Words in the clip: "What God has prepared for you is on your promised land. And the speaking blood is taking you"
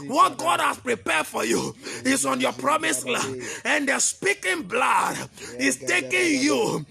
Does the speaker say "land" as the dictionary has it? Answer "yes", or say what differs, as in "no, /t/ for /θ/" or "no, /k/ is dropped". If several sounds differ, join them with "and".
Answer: no, /d/ is dropped